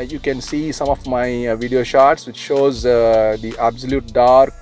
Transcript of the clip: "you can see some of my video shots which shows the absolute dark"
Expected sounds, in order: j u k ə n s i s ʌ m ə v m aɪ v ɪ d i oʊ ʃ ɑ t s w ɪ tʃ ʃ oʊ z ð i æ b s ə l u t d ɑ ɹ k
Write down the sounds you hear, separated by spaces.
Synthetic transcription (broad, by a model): j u k ə n s i s ʌ m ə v m aɪ v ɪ d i oʊ ʃ ɑ t s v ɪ tʃ ʃ oʊ z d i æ b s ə l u t d ɑ ɹ k